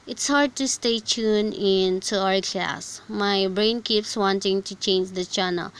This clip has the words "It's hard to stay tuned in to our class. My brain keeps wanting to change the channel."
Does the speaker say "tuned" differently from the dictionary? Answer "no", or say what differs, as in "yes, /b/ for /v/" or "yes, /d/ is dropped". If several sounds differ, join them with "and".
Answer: yes, /d/ is dropped